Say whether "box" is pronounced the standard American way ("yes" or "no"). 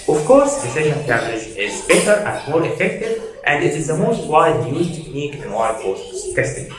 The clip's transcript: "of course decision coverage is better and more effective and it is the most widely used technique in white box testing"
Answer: no